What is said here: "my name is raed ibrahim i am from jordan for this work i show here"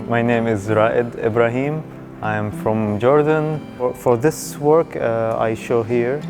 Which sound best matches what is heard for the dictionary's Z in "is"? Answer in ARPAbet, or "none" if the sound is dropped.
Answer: Z